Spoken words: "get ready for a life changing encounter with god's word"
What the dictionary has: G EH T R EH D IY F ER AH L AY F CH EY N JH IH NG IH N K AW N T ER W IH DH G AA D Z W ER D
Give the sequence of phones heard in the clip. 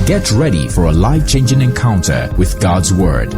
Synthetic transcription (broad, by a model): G EH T R EH D IY F ER AH L AY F CH EY N JH IH NG IH N K AW N T ER W IH DH G AA D Z W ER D